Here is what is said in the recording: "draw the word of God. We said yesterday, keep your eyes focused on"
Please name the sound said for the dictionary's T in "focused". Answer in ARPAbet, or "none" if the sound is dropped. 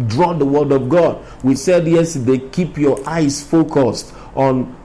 T